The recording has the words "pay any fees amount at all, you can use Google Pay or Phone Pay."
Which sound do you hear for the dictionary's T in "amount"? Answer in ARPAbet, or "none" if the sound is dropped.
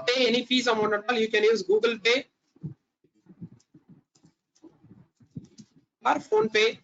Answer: none